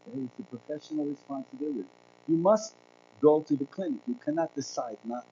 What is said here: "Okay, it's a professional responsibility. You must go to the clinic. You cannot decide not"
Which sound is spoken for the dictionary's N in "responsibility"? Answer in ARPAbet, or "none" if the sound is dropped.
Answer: N